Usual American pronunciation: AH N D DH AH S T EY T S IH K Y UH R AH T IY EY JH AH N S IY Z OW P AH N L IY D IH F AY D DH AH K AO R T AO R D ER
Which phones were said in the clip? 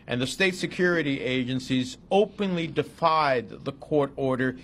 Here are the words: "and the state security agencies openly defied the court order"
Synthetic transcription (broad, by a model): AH N DH AH S T EY T S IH K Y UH R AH T IY EY JH AH N S IY Z OW P AH N L IY D IH F AY D DH AH K AO R T AO R D ER